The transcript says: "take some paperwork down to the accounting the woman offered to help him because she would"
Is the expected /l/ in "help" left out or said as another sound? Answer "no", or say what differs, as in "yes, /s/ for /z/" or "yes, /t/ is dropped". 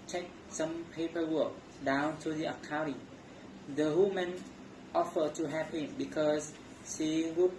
yes, /l/ is dropped